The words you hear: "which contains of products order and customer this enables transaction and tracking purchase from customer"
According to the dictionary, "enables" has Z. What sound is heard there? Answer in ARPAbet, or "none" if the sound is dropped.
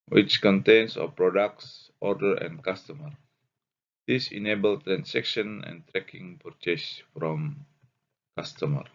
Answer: none